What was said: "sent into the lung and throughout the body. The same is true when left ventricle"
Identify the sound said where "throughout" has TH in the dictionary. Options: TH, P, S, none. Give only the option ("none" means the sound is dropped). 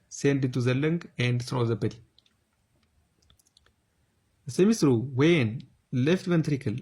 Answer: S